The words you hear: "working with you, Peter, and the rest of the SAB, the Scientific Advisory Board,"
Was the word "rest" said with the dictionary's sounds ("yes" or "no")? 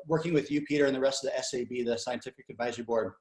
yes